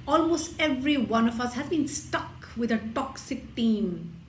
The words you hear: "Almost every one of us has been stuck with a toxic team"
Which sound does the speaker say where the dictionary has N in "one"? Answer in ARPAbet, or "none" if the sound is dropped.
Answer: N